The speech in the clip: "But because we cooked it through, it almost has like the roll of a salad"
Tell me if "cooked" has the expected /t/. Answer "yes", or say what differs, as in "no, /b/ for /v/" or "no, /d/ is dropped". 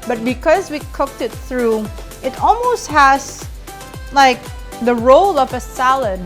yes